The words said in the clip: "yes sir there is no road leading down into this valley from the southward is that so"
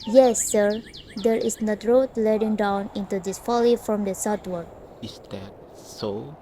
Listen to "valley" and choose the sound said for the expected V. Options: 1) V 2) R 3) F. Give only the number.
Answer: 3